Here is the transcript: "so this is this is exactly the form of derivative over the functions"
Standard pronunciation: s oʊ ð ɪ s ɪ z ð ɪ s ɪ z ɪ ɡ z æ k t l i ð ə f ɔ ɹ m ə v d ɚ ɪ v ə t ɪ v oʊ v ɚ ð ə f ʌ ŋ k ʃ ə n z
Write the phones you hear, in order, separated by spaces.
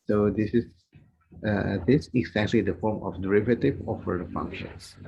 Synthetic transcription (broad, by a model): s oʊ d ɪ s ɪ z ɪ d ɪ s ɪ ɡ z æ k t l i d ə f ɔ ɹ m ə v d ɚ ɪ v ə t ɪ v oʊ f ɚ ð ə f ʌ ŋ k ʃ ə n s